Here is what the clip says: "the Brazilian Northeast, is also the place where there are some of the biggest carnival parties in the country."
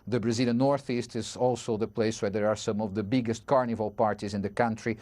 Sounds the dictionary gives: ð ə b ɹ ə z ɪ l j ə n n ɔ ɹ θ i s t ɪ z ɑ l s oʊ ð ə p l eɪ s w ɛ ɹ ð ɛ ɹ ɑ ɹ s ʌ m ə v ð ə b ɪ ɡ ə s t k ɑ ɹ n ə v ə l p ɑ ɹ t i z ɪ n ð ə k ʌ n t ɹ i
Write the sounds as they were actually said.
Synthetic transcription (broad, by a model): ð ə b ɹ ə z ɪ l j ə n n ɔ ɹ θ i s t ɪ z ɑ l s oʊ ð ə p l eɪ s w ɛ ɹ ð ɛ ɹ ɑ ɹ s ʌ m ə v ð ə b ɪ ɡ ə s t k ɑ ɹ n ə v ə l p ɑ ɹ t i z ɪ n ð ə k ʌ n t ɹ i